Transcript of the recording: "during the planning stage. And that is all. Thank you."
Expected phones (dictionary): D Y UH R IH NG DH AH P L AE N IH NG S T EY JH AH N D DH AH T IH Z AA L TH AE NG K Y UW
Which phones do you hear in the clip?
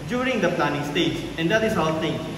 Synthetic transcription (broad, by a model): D Y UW R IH NG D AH P L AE N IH NG S T EY JH AH N D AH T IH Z AA L T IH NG